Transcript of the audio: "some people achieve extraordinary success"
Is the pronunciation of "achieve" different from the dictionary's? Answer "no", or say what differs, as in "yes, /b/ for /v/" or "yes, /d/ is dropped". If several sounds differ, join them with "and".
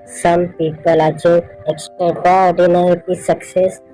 yes, /v/ is dropped